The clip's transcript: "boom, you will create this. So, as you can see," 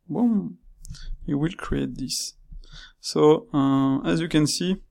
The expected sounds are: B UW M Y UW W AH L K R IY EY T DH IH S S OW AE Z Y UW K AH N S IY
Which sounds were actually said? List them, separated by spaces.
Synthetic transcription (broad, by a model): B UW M Y UW W AH L K R IY EY T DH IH S S OW AE Z Y UW K AH N S IY